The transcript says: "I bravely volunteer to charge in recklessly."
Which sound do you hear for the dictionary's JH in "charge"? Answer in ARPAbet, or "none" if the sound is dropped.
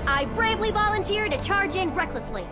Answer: JH